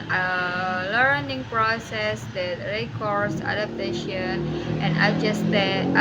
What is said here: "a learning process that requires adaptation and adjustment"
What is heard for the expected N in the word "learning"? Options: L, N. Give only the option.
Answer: N